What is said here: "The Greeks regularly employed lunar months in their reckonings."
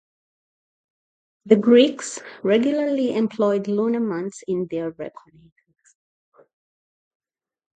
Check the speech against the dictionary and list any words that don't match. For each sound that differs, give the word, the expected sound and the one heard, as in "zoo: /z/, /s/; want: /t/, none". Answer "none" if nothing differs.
months: /θ/, /t/